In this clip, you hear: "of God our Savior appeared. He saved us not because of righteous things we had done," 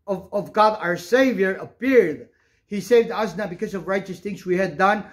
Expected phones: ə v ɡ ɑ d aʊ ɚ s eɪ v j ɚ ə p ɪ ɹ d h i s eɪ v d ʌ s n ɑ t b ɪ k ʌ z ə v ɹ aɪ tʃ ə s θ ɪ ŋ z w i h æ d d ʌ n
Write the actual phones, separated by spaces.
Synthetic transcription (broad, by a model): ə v ɡ ɑ d aʊ ɚ s eɪ v j ɚ ə p ɪ ɹ d h i s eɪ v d ʌ s n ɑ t b ɪ k ʌ z ə v ɹ aɪ tʃ ə s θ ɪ ŋ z w i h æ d d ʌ n